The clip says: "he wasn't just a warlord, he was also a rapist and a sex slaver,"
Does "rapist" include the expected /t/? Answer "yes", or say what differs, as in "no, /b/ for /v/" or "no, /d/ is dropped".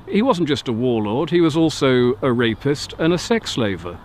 yes